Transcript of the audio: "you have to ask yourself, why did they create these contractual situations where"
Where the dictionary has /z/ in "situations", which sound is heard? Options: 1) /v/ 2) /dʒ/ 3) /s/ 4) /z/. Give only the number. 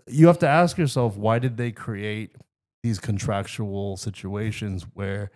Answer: 4